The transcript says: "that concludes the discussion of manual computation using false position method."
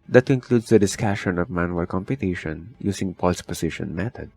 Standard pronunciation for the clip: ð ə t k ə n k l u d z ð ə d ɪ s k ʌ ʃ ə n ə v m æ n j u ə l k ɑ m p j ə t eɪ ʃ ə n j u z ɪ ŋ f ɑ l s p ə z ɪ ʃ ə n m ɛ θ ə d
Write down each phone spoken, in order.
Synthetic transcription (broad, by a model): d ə t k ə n k l u d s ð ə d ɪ s k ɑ ʃ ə n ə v m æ n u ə l k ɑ m p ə t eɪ ʃ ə n j u s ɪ ŋ p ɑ l s p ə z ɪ ʃ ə n m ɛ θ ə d